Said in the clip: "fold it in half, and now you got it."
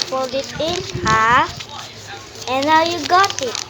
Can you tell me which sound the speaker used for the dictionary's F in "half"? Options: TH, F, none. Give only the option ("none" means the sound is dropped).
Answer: none